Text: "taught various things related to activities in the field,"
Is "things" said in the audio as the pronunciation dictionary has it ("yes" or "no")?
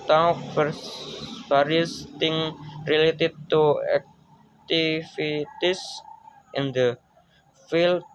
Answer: no